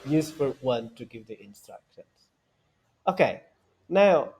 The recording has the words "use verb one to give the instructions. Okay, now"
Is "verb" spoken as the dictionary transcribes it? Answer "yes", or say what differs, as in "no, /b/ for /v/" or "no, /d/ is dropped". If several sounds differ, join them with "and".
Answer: no, /f/ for /v/